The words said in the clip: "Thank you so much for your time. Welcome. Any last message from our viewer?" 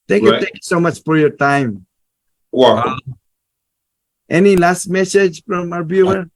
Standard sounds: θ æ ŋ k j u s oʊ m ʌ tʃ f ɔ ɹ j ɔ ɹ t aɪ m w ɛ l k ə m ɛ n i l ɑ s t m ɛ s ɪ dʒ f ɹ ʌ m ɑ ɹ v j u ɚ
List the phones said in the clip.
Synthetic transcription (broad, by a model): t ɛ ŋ k j u s oʊ m ʌ tʃ f ɔ ɹ j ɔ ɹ t aɪ m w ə ɛ n i l ɑ s t m ɛ s ɪ dʒ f ɹ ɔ m ɑ ɹ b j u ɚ